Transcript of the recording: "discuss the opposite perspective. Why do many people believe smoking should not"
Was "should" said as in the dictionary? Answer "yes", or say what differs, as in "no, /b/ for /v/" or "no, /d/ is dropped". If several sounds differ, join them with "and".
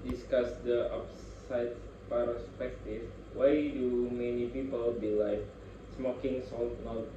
no, /s/ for /ʃ/